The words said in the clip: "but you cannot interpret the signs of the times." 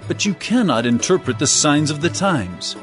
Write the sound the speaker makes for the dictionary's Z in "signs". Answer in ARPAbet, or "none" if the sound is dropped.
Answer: Z